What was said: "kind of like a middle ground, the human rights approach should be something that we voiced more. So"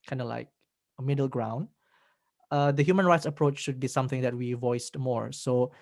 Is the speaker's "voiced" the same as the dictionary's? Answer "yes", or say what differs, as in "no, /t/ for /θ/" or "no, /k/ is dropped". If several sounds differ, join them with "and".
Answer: yes